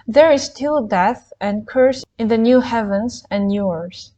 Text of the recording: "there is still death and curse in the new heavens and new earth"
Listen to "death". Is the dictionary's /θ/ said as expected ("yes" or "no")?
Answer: yes